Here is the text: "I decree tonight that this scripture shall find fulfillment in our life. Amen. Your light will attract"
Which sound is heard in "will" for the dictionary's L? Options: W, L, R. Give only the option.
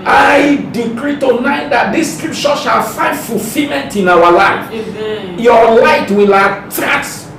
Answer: L